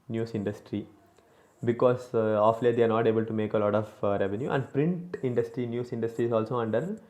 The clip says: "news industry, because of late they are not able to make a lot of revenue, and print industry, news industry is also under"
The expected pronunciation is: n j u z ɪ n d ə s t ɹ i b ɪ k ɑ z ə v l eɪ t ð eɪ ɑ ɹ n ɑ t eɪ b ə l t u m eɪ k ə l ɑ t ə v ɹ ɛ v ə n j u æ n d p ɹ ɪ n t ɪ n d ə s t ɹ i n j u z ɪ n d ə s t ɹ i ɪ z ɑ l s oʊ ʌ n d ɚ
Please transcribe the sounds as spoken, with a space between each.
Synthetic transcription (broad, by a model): n j u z ɪ n d ə s t ɹ i b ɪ k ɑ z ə f l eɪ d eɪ ɑ ɹ n ɑ t eɪ b ə l t u m eɪ k ə l ɑ t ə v ɹ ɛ v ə n j u æ n d p ɹ ɪ n t ɪ n d ə s t ɹ i n j u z ɪ n d ə s t ɹ i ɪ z ɑ l s oʊ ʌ n d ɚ